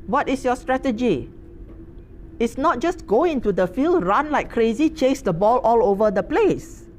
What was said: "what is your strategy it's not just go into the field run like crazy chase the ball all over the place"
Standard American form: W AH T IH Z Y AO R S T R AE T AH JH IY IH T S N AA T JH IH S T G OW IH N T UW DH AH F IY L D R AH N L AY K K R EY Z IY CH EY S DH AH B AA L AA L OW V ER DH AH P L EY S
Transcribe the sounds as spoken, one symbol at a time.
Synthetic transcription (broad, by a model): W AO T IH S Y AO S T R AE T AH JH IY IH T S N AA T JH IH S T G OW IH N T UW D AH F IY L D R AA N L AY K K R EY Z IY CH EY S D AH B AA L AA L OW V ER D AH P L EY S